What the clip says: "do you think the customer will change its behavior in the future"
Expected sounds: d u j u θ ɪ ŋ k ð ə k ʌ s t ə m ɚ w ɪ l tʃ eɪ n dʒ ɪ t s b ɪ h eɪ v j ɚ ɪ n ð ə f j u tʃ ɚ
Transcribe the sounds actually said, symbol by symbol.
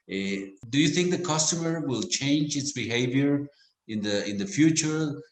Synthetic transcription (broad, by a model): d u j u θ ɪ ŋ k ð ə k ʌ s t ə m ɚ w ɪ l tʃ eɪ n dʒ ɪ t s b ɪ h eɪ v j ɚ ɪ n ð ə f j u tʃ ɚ